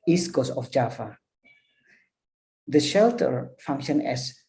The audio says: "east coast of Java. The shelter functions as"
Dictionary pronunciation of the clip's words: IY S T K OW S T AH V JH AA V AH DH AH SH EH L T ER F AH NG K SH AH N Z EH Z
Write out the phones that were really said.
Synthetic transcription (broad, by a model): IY S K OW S AH F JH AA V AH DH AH SH EH L T ER F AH NG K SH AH N EH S